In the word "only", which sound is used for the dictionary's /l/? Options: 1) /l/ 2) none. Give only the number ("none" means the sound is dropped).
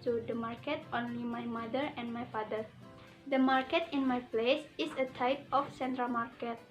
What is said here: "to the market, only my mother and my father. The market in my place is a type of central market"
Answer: 1